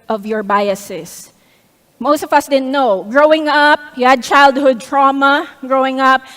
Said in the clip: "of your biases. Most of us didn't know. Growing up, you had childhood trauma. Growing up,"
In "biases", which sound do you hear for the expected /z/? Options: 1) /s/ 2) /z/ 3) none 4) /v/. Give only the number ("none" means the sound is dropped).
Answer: 1